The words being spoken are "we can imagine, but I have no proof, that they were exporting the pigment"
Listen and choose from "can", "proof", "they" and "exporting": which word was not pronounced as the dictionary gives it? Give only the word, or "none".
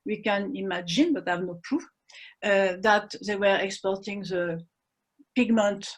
proof